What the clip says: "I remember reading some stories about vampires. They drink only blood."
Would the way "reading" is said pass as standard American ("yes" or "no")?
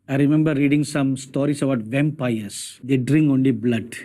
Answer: yes